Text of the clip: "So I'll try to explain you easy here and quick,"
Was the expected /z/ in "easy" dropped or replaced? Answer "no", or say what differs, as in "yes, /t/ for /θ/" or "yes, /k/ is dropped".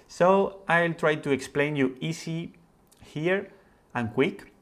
yes, /s/ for /z/